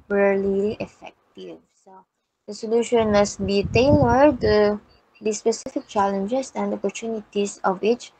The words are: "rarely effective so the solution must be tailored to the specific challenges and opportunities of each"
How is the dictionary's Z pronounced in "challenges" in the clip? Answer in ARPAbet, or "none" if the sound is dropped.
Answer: S